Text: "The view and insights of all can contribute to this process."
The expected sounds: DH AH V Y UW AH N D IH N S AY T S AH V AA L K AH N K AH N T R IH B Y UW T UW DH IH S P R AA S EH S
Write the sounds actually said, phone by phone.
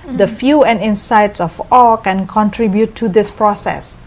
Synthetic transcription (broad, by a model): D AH F Y UW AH N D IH N S AY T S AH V AA L K AH N K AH N T R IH B Y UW T UW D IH S P R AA S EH S